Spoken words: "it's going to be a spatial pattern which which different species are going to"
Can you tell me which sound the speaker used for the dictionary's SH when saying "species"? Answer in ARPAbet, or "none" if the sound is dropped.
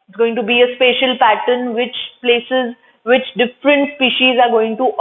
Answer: SH